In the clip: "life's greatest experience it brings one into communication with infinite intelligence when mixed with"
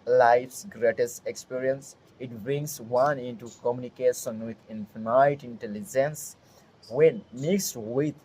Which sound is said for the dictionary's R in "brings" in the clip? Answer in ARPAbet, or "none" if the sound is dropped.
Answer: none